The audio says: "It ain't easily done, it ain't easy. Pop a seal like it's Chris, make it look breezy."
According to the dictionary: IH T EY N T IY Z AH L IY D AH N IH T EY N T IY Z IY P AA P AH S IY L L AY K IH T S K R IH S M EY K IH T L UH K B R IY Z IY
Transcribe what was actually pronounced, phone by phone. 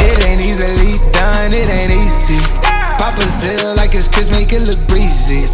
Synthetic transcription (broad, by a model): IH T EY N IY Z AH L IY D AH N IH T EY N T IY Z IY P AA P AH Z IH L L AY K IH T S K IH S M EY K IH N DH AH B R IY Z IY